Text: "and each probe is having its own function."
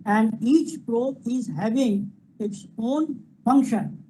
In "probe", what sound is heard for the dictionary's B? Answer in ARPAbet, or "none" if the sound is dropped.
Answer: none